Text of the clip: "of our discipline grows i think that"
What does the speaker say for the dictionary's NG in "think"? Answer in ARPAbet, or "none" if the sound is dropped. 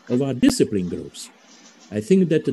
NG